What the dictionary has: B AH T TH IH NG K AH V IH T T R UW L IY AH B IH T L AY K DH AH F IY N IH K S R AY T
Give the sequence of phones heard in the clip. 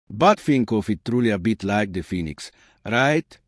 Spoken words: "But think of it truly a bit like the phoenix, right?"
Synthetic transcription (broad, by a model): B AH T F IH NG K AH F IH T T R UW L IY AH B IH T L AY K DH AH F IY N IH K S R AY T